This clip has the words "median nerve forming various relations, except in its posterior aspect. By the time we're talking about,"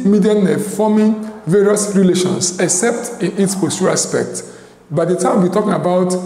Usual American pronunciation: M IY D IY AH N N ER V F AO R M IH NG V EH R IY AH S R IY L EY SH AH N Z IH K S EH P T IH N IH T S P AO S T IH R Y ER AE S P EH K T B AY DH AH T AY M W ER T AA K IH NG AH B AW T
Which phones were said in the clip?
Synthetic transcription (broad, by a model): M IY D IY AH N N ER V F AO M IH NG V EH R IY AH S R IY L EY SH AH N S IH K S EH P T IH N IH T S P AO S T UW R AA S P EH K T B AY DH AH T AY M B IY T AA K IH NG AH B AW T